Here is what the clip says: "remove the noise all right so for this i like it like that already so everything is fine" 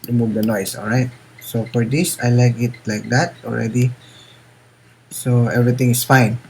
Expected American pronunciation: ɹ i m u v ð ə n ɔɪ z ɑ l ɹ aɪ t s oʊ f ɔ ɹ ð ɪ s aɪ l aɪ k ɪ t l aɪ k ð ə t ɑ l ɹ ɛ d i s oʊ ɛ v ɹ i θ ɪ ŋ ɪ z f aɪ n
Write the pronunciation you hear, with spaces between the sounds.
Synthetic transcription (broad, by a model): ɹ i m u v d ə n ɔɪ s ɑ l ɹ aɪ t s oʊ f ɔ ɹ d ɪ s aɪ l aɪ k ɪ t l aɪ k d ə t ɑ l ɹ ɛ d i s oʊ ɛ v ɹ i t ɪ ŋ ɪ s f aɪ n